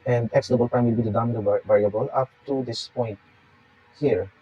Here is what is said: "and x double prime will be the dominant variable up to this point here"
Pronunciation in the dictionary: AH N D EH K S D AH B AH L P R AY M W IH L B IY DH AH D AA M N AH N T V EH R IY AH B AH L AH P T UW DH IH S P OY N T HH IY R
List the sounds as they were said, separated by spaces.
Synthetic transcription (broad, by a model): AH N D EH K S D AH B AH L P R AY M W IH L B IY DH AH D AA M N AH V EH R IY AH B AH L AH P T UW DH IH S P OY N T HH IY R